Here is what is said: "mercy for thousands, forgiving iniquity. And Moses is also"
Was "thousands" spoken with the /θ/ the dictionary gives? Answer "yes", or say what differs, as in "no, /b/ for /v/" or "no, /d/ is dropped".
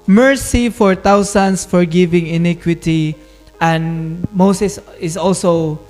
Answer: no, /t/ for /θ/